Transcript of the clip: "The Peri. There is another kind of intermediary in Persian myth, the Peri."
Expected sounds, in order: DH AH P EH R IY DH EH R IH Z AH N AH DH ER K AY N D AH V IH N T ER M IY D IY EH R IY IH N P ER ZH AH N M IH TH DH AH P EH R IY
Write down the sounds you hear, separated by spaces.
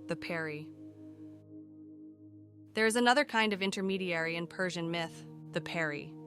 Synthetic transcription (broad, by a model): DH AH P EH R IY DH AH R IH Z AH N AH DH ER K AY N D AH V IH N T ER M IY D IY EH R IY IH N P ER ZH AH N M IH TH DH AH P EH R IY